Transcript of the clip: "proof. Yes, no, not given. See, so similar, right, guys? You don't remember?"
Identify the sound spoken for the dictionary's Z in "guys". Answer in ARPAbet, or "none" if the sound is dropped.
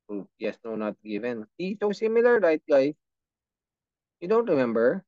S